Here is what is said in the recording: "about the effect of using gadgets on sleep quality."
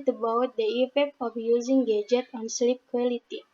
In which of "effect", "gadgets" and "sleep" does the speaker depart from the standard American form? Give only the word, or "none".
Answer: gadgets